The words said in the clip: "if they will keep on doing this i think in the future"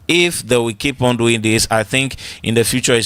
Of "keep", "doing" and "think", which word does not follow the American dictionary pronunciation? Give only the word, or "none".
none